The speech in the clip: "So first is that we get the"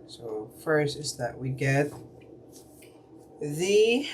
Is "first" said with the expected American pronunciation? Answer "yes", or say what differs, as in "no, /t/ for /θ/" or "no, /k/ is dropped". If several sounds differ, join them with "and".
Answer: no, /t/ is dropped